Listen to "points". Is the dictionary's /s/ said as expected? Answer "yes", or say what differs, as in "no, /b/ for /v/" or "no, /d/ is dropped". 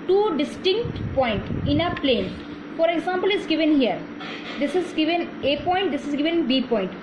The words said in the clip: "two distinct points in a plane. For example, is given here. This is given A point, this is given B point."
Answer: no, /s/ is dropped